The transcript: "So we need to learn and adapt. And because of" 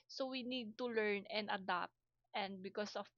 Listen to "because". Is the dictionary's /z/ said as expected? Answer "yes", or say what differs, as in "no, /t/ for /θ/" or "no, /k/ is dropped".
no, /s/ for /z/